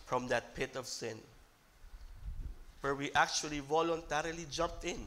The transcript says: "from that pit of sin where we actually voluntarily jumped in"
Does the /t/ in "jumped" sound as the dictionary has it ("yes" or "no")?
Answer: yes